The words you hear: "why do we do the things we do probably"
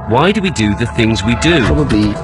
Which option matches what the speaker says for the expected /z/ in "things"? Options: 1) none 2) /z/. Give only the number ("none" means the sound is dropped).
2